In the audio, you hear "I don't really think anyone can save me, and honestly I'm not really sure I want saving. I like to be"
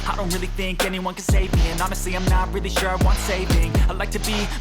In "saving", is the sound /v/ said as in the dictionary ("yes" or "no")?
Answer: yes